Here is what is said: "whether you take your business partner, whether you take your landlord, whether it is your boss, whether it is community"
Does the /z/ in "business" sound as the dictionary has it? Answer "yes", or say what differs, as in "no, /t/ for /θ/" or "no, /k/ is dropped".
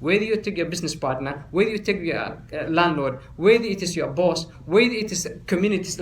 no, /s/ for /z/